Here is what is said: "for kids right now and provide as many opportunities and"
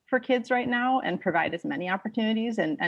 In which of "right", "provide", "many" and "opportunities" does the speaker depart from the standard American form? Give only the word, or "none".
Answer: none